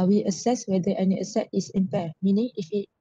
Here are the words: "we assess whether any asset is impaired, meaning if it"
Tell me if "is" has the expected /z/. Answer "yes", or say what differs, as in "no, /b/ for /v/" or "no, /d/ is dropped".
no, /s/ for /z/